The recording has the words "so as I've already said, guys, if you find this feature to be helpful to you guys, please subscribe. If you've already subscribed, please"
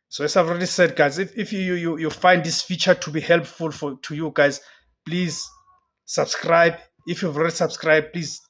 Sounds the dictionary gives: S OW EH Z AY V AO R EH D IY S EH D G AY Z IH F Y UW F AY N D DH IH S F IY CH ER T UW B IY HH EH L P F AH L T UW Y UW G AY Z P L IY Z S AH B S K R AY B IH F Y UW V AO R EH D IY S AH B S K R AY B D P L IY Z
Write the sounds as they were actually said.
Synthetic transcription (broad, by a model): S OW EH S AY V AO R EH D IY S EH D G AY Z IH F Y UW F AY N D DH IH S F IY CH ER T UW B IY HH EH L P F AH L T UW Y UW G AY Z P L IY Z S AH B S K R AY B IH F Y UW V AO R EH D IY S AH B S K R AY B P L IY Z